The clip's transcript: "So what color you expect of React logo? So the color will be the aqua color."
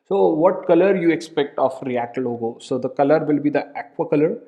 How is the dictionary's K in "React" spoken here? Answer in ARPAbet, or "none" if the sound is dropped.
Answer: K